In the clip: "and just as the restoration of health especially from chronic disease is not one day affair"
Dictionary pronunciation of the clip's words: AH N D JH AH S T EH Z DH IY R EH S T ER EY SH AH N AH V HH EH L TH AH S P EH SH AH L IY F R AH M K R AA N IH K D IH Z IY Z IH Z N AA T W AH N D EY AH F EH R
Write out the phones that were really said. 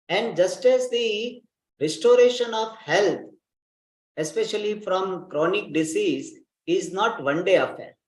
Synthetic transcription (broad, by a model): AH N D JH AH S T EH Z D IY R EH S T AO EY SH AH N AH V HH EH L T AH S P EH SH AH L IY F R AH M K R AA N IH K D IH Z IY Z IH Z N AA T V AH N D EY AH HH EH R